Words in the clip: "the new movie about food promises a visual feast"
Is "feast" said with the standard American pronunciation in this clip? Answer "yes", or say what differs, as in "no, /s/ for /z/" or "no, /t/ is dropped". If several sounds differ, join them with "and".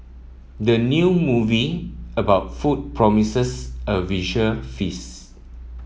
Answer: no, /t/ is dropped